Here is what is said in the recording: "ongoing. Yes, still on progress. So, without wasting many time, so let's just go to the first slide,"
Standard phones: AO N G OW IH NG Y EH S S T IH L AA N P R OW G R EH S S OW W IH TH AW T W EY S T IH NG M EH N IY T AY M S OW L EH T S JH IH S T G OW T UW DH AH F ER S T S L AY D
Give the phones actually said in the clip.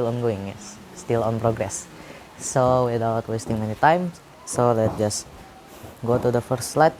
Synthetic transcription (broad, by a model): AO N G OW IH NG Y EH S S T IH L AA N P R OW G R EH S S OW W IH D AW T W EY S T IH NG M EH N IY T AY M S OW L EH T JH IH S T G OW T UW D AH F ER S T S L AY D